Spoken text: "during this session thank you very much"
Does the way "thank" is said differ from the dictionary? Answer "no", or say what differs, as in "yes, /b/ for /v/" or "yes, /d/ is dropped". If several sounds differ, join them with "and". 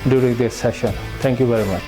yes, /t/ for /θ/